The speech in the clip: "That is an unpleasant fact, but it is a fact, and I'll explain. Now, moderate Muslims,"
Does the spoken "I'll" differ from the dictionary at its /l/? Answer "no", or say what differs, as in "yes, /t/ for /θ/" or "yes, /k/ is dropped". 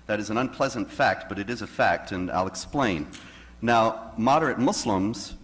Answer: no